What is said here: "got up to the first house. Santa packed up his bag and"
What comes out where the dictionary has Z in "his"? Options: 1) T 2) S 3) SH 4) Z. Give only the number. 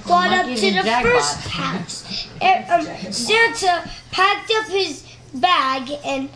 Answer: 4